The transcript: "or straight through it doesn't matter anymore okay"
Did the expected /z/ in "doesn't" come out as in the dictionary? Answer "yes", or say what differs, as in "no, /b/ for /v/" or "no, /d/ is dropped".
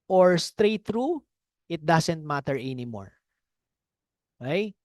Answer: no, /s/ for /z/